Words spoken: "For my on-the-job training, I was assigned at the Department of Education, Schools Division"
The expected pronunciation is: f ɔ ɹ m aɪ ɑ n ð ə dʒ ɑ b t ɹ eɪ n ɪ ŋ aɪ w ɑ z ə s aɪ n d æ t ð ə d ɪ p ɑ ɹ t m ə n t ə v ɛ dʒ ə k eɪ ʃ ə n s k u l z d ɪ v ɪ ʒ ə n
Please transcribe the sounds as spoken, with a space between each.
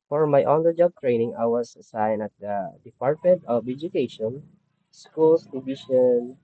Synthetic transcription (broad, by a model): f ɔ ɹ m aɪ ɑ n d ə dʒ ɑ b t ɹ eɪ n ɪ ŋ aɪ w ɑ s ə s aɪ n ʌ t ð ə d ɪ p ɑ ɹ t m ə n t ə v ɛ dʒ ə k eɪ ʃ ə n s k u l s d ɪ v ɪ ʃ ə n